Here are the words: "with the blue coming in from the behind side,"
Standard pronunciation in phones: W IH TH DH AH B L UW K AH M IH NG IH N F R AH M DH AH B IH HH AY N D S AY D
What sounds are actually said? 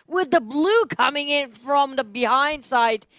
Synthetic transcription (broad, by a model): W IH DH AH B L UW K AH M IH NG IH N F R AH M DH AH B IH HH AY N D S AY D